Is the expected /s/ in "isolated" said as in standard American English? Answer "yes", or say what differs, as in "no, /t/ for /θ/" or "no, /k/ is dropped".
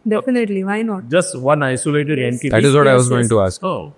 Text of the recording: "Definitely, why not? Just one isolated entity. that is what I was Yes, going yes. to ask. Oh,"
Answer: yes